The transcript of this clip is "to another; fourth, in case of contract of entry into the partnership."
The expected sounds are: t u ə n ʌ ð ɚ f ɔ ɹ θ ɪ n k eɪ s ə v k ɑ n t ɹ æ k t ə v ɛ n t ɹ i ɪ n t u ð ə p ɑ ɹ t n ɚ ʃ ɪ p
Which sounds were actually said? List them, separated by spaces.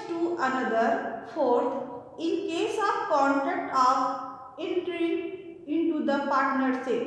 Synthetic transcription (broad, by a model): t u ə n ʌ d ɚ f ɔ ɹ t ɪ n k eɪ s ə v k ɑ n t ɹ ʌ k t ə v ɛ n t ɹ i ɪ n t u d ə p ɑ ɹ t n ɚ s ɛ